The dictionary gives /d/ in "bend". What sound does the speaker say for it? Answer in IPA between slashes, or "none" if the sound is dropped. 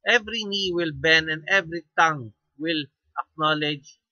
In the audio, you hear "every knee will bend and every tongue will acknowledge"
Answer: none